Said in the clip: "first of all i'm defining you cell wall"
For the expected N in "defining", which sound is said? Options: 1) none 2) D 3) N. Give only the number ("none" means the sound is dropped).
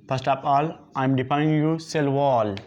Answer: 1